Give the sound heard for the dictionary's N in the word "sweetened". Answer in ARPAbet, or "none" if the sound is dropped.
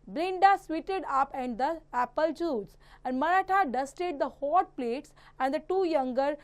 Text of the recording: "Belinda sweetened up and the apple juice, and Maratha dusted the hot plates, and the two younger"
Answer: none